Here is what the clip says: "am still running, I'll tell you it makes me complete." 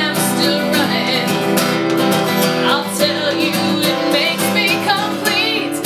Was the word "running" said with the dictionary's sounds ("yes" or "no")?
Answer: no